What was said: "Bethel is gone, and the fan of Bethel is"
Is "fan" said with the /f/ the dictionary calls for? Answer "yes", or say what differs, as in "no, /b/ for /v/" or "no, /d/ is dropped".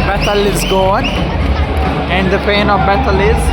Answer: no, /p/ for /f/